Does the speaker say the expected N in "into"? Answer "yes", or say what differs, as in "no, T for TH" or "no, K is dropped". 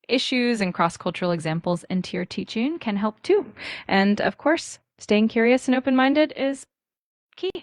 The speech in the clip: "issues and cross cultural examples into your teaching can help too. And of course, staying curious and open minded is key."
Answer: yes